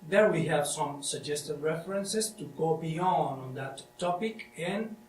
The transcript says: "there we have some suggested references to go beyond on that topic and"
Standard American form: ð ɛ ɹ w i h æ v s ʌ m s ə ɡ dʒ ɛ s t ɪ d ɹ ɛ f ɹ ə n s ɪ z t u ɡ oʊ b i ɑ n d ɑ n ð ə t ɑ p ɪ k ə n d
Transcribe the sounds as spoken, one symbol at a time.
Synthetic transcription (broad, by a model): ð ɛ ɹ w i h æ v s ʌ m s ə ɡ dʒ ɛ s t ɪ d ɹ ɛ f ɹ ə n s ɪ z t u ɡ oʊ b i ɑ n d ɑ n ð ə t ɑ p ɪ k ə n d